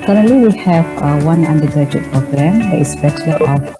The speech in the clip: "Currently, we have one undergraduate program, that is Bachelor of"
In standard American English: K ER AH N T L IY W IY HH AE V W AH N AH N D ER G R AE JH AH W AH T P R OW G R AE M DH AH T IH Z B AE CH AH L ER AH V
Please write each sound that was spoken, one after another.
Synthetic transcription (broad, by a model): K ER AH N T L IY W IY HH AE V W AH N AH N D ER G AH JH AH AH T P R OW G R AE M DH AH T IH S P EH SH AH L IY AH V